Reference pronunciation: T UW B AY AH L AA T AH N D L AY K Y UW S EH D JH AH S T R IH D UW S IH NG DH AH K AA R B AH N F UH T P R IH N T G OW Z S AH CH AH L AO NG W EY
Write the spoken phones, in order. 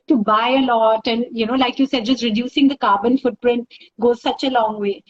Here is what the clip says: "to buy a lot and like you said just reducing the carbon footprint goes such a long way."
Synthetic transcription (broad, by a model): T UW B AY AH L AA T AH N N L AY K Y UW S EH D JH AH S T R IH D UW S IH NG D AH K AA R B AH N F UH T P R IH N T G OW Z S AH CH AH L AO NG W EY